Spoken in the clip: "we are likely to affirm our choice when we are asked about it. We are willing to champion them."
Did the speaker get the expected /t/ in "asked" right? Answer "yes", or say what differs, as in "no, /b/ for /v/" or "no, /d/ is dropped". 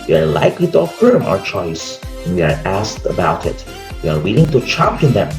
yes